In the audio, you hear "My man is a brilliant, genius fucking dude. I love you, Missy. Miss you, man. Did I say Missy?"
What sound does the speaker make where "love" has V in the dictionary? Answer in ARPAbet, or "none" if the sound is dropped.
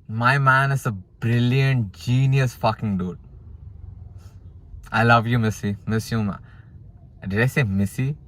V